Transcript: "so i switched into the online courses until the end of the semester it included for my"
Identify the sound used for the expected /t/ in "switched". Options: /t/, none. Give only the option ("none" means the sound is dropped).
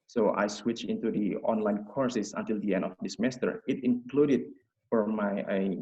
none